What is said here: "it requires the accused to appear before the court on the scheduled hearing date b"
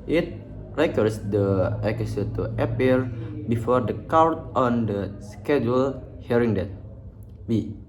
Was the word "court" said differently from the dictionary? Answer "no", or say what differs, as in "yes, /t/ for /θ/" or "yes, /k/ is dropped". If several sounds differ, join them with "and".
yes, /w/ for /ɹ/